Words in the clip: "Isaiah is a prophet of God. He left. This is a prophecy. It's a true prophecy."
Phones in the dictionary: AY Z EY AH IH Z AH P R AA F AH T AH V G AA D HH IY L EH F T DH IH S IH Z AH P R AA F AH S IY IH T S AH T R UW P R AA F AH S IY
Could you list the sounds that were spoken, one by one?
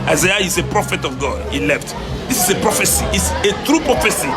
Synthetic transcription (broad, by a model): AY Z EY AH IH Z AH P R AA F AH T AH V G AA D HH IY L EH F T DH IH S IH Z AH P R AA F AH S IY IH T S AH T R UW P R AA F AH S IY